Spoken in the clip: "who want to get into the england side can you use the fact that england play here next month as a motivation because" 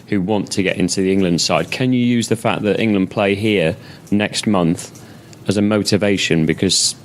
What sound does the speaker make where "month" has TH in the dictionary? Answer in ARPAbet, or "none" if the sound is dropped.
TH